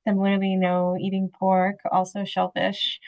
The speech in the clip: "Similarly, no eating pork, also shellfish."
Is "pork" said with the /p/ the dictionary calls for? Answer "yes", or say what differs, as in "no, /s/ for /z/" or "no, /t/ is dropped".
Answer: yes